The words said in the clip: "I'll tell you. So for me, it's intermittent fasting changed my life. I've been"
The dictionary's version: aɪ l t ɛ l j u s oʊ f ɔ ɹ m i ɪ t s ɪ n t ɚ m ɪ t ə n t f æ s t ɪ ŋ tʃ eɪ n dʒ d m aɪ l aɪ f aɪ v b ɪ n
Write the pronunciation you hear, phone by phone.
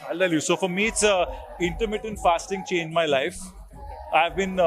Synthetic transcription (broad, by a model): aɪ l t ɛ l j u s oʊ f ɔ ɹ m i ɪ t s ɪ n t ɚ m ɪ t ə n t f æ s t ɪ ŋ tʃ eɪ n dʒ m aɪ l aɪ f aɪ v b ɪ n